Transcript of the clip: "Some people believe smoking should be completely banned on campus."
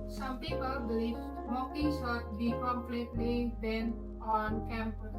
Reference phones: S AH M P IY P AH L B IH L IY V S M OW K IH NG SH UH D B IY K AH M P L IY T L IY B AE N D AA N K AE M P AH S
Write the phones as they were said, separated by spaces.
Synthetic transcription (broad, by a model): S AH M P IY P AH L B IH L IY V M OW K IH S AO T B IY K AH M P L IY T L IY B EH N AA N K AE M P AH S